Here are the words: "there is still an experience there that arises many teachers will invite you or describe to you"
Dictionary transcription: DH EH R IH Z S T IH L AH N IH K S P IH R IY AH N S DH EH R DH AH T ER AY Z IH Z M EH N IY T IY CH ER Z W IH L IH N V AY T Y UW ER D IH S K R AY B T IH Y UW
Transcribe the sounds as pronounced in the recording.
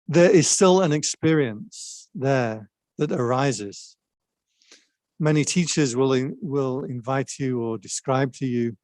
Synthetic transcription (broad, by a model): DH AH R IH Z S T IH L AH N IH K S P IH R IY AH N S DH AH R DH AH T ER AY Z IH Z M EH N IY T IY CH ER Z W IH L IH L V AY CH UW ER D IH S K R AY B T IH Y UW